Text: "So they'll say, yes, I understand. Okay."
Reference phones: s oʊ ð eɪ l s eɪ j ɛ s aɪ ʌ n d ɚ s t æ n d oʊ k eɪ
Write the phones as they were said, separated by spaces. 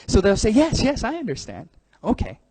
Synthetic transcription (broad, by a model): s oʊ ð eɪ l s eɪ j ɛ s aɪ ʌ n d ɚ s t æ n d oʊ k eɪ